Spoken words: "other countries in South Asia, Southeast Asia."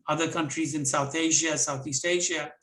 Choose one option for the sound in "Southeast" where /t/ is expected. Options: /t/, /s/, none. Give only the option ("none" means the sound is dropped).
/t/